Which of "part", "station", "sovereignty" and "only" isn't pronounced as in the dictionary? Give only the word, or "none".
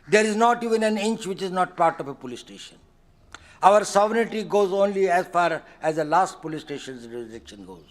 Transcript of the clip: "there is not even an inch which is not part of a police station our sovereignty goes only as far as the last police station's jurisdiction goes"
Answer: sovereignty